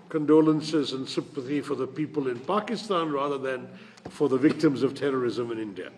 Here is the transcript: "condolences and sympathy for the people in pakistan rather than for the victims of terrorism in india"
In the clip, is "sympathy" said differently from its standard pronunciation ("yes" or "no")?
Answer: no